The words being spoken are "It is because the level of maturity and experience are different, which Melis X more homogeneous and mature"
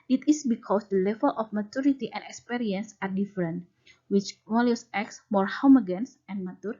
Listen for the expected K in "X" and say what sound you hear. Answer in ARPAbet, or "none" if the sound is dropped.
K